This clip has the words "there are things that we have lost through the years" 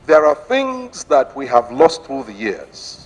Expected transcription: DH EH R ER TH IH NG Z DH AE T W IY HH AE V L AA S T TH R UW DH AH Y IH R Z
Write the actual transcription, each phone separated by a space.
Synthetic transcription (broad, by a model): DH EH R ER TH IH NG Z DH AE T W IY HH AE V L AA S T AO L DH AH Y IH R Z